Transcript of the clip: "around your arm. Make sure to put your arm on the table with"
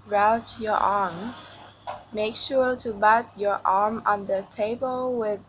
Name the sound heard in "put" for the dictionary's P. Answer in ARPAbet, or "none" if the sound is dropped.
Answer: B